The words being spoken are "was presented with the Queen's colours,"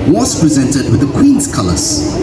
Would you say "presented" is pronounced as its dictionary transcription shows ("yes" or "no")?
yes